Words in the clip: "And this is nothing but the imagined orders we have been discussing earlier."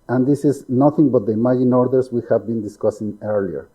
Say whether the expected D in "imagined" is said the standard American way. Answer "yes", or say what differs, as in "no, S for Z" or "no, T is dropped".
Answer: no, D is dropped